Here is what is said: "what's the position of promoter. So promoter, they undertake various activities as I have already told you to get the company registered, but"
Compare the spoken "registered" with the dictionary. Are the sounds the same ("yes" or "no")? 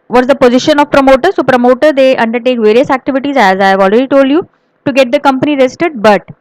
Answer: no